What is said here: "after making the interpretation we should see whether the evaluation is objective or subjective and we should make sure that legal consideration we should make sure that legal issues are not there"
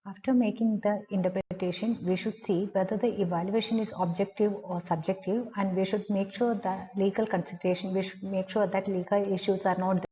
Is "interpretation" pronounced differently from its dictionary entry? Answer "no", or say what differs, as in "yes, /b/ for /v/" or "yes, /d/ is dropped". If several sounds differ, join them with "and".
yes, /ɹ/ is dropped